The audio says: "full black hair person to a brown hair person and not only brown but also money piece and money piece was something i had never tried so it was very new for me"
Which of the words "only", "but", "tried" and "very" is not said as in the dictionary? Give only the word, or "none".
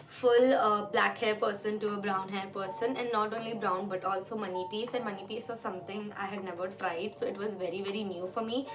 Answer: none